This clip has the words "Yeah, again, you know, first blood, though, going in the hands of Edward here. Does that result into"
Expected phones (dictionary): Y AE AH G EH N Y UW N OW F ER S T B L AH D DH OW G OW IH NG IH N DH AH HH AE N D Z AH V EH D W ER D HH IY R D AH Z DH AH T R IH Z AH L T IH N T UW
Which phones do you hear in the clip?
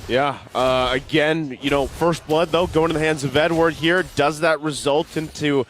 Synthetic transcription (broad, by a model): Y AE AH G EH N Y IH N OW F ER S T B L AH D DH OW G OW IH NG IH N DH AH HH AE N D Z AH V EH D W ER D HH IY R D AH Z DH AH T R IH Z AH L T IH N T UW